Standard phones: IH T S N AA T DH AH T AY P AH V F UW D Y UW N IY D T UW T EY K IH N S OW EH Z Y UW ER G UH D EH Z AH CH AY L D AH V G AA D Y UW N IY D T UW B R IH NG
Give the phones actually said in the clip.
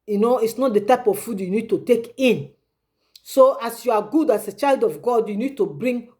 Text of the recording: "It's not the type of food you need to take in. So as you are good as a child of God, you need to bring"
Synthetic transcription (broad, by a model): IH T S N AA T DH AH T AY P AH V F UW D Y UW N IY D T UW T EY K IH N S OW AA S Y UW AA G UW D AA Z AH CH AY L D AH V G AA D Y UW N IY D T UW B R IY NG